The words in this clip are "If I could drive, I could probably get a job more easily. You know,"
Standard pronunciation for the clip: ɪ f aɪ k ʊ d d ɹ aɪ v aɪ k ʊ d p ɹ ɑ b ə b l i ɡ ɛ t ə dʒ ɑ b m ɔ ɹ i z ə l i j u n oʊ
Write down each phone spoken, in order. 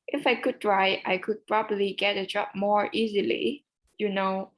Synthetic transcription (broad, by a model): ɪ f aɪ k ʊ d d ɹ aɪ aɪ k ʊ d p ɹ ɑ b ə b l i ɡ ɛ t ə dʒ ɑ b m ɔ ɹ i z ə l i j u n oʊ